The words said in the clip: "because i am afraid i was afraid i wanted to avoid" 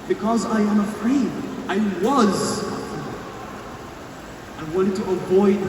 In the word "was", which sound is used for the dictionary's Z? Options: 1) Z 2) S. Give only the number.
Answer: 1